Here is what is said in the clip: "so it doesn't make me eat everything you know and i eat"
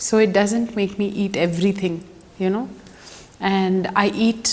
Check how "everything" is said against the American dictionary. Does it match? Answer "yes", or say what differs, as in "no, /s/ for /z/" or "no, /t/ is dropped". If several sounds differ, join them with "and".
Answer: no, /t/ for /θ/